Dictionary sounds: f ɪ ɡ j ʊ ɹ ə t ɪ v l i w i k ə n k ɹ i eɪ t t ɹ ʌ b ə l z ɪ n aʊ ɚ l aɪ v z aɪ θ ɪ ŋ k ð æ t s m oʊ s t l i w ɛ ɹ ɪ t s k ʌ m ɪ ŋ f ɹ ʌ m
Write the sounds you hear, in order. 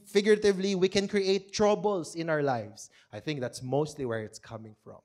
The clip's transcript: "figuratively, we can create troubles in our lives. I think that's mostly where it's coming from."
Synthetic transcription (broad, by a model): f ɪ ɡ j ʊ ɹ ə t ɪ v l i w i k ə n k ɹ i eɪ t t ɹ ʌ b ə l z ɪ n aʊ ɚ l aɪ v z aɪ θ ɪ ŋ k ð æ t s m oʊ s t l i w ɛ ɹ ɪ t s k ʌ m ɪ ŋ f ɹ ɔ m